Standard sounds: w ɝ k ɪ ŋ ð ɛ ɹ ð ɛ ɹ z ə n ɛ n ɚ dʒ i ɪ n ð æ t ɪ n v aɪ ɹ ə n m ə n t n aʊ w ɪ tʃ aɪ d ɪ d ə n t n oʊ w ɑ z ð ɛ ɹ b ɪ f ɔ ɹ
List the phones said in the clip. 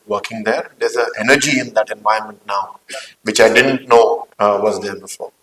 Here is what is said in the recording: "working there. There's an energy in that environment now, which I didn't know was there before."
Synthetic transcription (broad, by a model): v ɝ k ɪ ŋ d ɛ ɹ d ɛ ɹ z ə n ɛ n ɚ dʒ i ɪ n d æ t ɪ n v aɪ ə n m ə n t n aʊ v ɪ tʃ aɪ d ɪ d ə n t n oʊ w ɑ z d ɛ ɹ b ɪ f ɔ ɹ